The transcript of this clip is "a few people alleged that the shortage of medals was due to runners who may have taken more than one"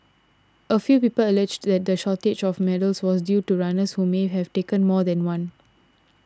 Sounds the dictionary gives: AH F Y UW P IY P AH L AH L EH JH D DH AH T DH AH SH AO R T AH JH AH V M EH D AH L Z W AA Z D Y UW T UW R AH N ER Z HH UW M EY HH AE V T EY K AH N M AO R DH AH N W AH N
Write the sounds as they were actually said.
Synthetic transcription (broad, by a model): AH F Y UW P IY P AH L AH L EH JH D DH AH T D AH SH AO T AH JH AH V M EH D AH L S W AA S D Y UW T UW R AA N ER S HH UW M EY HH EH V T EY K AH N M AO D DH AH N W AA N